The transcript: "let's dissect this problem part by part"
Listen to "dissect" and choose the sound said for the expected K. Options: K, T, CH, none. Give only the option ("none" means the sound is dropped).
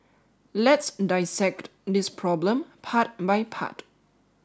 K